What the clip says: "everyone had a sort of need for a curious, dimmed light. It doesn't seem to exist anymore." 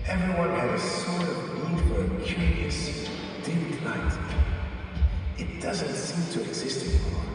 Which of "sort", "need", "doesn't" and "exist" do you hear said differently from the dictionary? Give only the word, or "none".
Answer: need